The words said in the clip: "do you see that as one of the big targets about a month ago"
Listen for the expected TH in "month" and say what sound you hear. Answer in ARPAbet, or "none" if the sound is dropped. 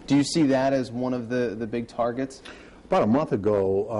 TH